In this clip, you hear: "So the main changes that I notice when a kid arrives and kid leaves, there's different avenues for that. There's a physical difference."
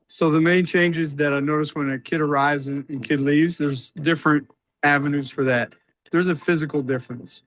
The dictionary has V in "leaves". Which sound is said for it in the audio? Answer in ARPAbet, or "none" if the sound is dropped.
V